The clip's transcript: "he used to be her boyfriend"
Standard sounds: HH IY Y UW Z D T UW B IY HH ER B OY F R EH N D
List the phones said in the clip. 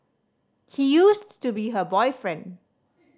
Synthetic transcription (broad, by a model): HH IY Y UW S T UW B IY HH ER B OY F R EH N D